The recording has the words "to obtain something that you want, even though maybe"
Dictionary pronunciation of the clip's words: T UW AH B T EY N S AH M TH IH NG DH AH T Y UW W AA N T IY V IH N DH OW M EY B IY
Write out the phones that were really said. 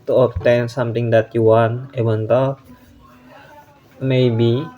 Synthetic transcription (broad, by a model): T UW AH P T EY N S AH M T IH NG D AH T Y UW W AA N IY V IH N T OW M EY B IY